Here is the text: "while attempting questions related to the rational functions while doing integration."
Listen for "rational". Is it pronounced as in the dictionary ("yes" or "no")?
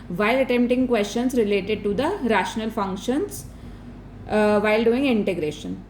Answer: yes